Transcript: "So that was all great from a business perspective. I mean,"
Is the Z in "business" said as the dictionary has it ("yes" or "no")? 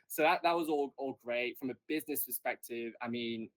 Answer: yes